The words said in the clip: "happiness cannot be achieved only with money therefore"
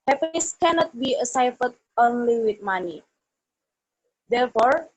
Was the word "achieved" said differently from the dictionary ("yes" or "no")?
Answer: yes